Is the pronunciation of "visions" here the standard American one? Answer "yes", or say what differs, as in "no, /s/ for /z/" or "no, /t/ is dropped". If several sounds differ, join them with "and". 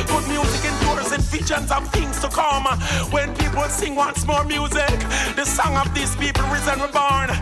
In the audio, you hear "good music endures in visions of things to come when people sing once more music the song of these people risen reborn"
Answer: no, /f/ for /v/